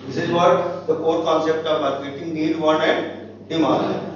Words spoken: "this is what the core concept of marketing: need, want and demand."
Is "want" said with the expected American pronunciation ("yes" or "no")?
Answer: no